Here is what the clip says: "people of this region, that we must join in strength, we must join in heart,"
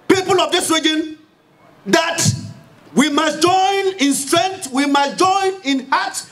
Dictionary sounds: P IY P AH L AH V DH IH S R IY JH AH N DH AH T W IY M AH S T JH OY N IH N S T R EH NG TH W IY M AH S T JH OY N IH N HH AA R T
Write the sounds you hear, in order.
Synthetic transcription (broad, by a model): P IY P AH L AH V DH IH S R IY JH AH N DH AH T W IY M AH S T JH OY N IH N S T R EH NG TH W IY M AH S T JH OY N IH N HH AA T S